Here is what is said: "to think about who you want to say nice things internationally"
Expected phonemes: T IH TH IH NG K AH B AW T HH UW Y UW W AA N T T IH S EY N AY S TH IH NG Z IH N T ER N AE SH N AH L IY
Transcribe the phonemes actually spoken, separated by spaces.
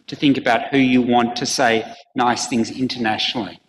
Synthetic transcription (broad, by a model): T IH TH IH NG K AH B AW T HH UW Y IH W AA N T T IH S EY N AY S TH IH NG Z IH N T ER N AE SH N L IY